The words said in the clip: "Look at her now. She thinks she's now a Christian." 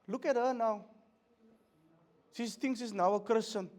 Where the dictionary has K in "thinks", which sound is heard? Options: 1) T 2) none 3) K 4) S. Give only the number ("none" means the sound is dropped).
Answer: 2